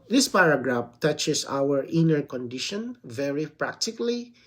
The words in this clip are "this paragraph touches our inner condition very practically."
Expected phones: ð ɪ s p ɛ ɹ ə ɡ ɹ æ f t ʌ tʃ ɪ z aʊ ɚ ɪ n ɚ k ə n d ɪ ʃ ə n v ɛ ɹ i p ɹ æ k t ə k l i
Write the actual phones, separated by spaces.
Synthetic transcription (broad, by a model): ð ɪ s p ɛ ɹ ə ɡ ɹ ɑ f t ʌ tʃ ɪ s aʊ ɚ ɪ n ɚ k ə n d ɪ ʃ ə n v ɛ ɹ i p ɹ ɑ k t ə k l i